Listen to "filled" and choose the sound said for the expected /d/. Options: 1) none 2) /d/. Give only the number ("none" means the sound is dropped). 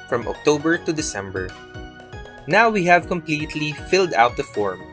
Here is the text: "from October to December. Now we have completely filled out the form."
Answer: 2